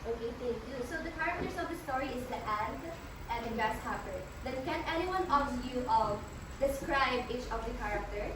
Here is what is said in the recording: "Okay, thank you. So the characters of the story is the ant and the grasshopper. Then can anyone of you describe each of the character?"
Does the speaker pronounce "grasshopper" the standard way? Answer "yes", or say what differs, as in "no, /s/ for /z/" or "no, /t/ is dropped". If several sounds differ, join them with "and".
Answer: no, /ɹ/ is dropped